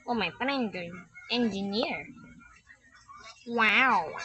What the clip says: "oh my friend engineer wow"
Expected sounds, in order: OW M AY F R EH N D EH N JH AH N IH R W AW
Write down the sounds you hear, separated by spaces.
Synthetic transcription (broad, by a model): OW M AY P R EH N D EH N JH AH N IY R W AW